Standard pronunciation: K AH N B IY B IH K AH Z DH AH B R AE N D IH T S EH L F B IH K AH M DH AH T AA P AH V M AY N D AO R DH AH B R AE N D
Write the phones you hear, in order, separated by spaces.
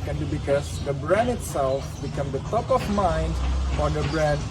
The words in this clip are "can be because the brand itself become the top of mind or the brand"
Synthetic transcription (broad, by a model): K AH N B IY B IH K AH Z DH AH B R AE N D IH T S EH L F B IH K AH M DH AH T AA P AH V M AY N D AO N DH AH B R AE N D